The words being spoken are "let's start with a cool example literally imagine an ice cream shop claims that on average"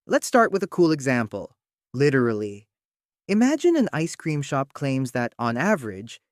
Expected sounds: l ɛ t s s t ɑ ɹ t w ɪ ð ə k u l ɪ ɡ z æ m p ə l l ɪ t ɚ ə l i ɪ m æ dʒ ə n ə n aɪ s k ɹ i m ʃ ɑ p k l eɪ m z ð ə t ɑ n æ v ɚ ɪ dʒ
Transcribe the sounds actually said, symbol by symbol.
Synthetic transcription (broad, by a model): l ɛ t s s t ɑ ɹ t w ɪ ð ə k u l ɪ ɡ z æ m p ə l l ɪ t ɚ l i ɪ m æ dʒ ə n ə n aɪ s k ɹ i m ʃ ɑ p k l eɪ m z ð ə t n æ v ɚ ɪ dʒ